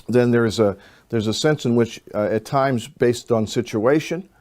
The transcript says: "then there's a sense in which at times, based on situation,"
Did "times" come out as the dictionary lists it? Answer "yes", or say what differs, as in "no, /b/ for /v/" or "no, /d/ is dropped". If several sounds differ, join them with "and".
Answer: yes